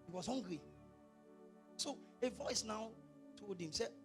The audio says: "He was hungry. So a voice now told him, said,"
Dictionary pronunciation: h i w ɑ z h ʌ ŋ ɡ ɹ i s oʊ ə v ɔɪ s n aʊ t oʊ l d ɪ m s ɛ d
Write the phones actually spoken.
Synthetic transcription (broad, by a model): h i w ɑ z h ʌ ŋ ɡ ɹ i s oʊ ə v ɔɪ s n aʊ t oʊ d ɪ m s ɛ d